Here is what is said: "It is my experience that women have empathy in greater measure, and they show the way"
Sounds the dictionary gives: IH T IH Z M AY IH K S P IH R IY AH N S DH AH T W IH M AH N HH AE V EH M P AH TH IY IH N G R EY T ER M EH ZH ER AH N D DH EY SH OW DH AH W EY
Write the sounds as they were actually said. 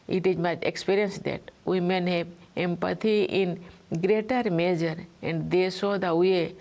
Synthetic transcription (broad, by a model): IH T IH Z M AY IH K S P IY R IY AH N S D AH T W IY M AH N HH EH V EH M P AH T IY IH N G R EY T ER M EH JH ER AH N D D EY S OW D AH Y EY